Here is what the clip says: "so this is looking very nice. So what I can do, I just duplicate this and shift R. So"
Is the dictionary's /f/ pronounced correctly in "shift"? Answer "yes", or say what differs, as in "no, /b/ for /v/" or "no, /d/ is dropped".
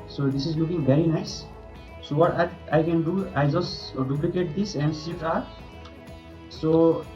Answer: no, /f/ is dropped